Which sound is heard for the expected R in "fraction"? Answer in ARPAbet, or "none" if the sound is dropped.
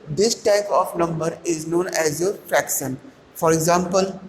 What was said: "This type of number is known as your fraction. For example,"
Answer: R